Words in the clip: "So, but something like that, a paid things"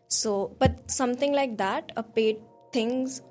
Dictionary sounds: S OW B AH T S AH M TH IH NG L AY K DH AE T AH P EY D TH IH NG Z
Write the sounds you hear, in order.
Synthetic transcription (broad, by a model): S OW B AH T S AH M T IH NG L AY K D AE T AH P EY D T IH NG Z